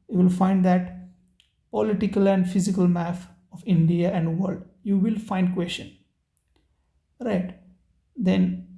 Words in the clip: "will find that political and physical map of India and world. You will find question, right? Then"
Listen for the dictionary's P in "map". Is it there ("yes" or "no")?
no